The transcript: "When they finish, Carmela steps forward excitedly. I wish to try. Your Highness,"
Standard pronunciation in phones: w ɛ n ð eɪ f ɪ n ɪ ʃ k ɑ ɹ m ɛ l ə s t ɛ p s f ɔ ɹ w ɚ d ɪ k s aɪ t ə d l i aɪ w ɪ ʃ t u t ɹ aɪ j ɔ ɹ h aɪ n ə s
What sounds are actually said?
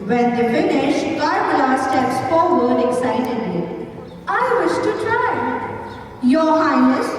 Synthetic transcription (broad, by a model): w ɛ n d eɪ f ɪ n ɪ ʃ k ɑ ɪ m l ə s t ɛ s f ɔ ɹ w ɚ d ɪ k s aɪ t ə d l i aɪ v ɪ ʃ t u t ɹ aɪ j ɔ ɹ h aɪ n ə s